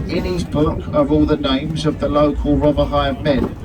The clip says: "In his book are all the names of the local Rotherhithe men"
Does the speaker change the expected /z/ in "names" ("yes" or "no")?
no